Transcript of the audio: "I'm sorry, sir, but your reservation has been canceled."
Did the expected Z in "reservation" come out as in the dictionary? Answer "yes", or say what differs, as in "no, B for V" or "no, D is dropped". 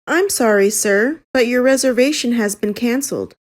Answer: yes